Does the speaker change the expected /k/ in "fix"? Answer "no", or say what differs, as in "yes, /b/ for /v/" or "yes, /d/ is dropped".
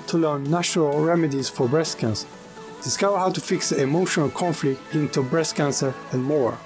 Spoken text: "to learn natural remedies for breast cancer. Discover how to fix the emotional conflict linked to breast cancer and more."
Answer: no